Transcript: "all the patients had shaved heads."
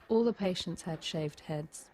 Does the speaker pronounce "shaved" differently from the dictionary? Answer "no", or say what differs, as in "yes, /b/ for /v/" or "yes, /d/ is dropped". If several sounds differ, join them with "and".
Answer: no